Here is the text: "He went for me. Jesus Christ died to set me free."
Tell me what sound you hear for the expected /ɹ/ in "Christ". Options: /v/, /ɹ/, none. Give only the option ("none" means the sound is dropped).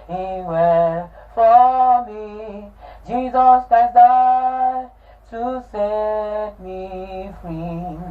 none